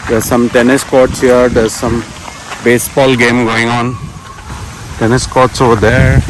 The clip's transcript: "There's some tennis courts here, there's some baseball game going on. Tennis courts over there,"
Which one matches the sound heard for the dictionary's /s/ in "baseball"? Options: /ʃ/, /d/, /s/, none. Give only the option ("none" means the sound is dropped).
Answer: /s/